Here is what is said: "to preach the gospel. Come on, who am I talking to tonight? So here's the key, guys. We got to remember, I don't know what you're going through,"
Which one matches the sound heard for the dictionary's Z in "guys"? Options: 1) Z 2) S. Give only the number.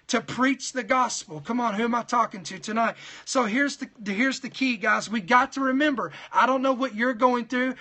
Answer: 1